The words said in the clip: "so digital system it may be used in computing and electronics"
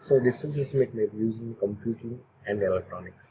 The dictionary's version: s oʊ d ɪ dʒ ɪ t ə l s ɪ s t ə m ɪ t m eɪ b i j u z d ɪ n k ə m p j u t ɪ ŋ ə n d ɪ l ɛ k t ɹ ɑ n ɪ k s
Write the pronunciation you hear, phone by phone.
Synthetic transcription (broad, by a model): s oʊ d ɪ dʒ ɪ s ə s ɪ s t m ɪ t m eɪ b i j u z ɪ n k ə m p j u t ɪ ŋ ə n d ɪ l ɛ k t ɹ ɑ n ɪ k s